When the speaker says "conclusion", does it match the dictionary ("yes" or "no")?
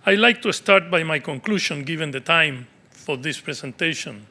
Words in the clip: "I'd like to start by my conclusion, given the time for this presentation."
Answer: no